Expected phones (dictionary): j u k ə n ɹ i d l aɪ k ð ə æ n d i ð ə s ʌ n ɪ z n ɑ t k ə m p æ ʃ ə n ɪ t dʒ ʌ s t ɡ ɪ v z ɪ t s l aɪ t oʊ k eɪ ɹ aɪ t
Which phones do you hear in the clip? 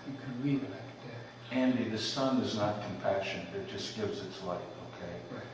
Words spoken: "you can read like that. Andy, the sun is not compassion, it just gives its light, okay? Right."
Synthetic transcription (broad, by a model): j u k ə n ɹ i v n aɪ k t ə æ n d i ð ə s ʌ n ɪ z n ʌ t k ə m p æ ʃ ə n ɪ t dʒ ʌ s ɡ ɪ v z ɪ t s l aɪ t oʊ k eɪ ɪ